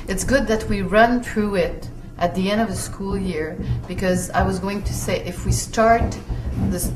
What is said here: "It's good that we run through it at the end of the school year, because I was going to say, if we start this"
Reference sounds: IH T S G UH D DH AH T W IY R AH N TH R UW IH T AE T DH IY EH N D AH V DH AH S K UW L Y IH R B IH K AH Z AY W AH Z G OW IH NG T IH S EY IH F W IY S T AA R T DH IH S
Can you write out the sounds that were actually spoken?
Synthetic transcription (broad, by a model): IH T S G UH D DH AH T W IY R AH N TH R UW IH T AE T DH IY EH N D AH V DH AH S K UW L Y IH R B IH K AH Z AY W AH Z G OW IH NG T IH S EY IH F W IY S T AA R T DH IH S